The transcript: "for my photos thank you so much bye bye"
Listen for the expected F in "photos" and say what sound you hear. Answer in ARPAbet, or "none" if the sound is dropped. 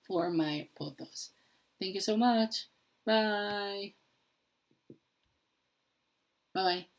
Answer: P